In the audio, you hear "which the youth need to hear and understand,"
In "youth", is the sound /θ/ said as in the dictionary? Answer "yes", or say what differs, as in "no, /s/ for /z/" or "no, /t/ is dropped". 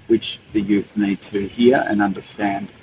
yes